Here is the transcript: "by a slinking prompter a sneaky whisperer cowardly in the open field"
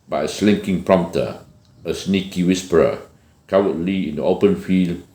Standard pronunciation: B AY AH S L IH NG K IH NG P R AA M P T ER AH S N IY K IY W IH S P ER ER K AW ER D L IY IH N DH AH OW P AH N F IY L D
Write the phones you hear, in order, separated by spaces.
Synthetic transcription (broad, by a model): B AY AH S L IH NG K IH NG P R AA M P T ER AH S N IY K IY W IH S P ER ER K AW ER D L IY IH N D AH OW P AH N F IY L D